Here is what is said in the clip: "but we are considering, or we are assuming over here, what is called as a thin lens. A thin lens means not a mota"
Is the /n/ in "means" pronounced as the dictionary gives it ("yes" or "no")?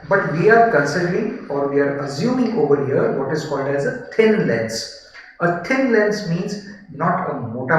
yes